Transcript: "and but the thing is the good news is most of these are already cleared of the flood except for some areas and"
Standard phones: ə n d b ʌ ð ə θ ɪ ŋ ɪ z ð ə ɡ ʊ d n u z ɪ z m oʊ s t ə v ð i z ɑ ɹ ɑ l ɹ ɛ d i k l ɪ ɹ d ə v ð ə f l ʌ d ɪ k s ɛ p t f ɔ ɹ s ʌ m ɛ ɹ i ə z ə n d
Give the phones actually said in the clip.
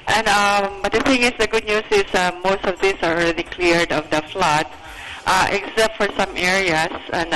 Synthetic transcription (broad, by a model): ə n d b ʌ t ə θ ɪ ŋ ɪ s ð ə ɡ ʊ d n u s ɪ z m oʊ s t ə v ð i s ɑ ɹ ɑ l ɹ ɛ d i k l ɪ ɹ d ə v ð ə f l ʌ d ɪ k s ɛ p t f ɔ ɹ s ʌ m ɛ ɹ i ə s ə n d